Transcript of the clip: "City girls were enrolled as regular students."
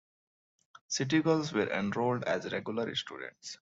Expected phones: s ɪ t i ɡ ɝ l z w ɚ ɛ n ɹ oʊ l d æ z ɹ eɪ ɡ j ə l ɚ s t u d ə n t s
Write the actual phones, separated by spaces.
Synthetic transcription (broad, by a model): s ɪ t i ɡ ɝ l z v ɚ ɛ n ɹ oʊ l d æ z ɹ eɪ ɡ j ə l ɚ s t u d ə n t s